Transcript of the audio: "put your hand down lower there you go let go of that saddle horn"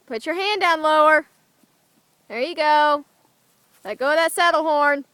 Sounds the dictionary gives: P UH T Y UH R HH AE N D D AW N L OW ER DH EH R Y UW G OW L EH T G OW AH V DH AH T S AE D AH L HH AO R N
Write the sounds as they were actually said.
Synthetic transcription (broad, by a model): P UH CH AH R HH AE N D D AW N L OW ER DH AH R Y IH G OW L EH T G OW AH W DH AH T S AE D L HH AO R N